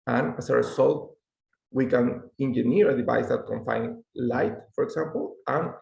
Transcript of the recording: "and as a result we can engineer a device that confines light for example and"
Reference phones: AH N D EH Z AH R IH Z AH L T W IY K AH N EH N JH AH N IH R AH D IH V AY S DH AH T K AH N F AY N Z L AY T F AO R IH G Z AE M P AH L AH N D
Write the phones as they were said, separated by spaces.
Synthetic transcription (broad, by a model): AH N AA S AH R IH S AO L T W IY K AH N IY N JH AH N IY R AH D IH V AY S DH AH T K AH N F AY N L AY T F AO R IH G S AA M P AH L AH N